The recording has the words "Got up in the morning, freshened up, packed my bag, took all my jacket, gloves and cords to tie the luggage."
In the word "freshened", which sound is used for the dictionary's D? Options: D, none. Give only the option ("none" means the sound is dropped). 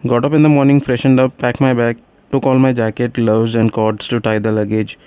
D